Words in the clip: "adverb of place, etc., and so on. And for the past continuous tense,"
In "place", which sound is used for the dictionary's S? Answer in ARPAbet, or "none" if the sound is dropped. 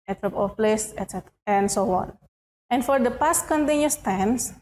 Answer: S